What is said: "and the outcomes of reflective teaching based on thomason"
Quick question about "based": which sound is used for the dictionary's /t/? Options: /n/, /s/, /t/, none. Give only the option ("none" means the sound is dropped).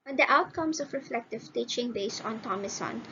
none